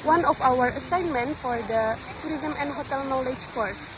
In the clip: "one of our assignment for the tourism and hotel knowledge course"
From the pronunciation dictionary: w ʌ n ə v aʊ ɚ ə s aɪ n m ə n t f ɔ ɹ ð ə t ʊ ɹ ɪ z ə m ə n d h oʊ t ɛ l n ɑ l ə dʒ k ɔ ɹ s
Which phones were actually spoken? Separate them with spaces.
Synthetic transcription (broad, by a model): w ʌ n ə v aʊ ɚ ə s aɪ n m ə n t f ɔ ɹ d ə t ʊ ɹ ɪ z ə m ə n d h oʊ t ɛ l n ɑ l ə dʒ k ɔ ɹ s